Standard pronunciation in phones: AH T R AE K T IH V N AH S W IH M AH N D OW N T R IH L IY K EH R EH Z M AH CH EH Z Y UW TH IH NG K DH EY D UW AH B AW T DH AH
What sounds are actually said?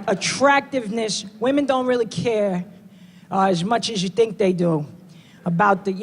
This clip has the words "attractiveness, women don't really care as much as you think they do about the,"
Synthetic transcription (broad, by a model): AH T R AE K T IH V N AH S W IH M AH N D OW N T R IH L IY K EH R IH Z M AH CH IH Z Y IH TH IH NG K DH EY D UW AH B AW T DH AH